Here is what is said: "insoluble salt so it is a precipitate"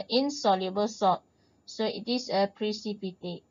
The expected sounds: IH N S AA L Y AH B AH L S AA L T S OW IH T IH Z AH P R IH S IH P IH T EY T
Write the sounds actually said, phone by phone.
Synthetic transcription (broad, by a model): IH N S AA L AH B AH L S AA T S OW IH T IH S AH P R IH S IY P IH T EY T